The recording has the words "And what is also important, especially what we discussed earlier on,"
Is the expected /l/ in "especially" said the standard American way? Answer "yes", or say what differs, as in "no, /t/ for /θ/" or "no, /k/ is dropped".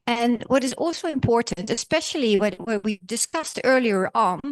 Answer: no, /w/ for /l/